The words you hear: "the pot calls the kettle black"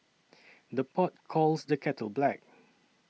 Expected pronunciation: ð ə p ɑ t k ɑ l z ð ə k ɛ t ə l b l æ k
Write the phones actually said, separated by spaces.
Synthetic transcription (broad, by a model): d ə p ɑ t k ɑ l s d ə k ɛ t ə l b l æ k